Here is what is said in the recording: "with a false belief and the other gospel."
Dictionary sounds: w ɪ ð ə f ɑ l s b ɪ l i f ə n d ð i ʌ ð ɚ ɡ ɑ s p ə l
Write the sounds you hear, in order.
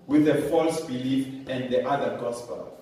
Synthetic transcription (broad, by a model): w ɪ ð ə f ɑ l s b ɪ l i f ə n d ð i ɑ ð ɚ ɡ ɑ s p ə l